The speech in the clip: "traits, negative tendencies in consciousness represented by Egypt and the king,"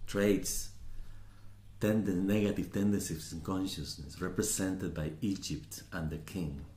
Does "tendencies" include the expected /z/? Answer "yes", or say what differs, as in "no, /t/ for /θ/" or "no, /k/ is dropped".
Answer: no, /s/ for /z/